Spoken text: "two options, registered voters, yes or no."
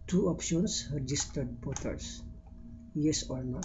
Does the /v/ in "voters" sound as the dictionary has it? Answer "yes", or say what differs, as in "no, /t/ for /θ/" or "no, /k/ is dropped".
no, /b/ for /v/